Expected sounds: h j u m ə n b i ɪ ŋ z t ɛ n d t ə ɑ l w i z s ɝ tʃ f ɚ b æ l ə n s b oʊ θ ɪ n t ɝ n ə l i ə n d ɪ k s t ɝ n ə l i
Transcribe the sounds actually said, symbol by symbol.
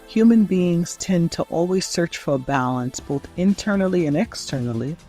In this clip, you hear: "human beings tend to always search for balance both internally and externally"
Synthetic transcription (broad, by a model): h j u m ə n b i ɪ ŋ z t ɛ n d t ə ɑ l w i z s ɝ tʃ f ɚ b æ l ə n s b oʊ θ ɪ n t ɝ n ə l i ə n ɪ k s t ɝ n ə l i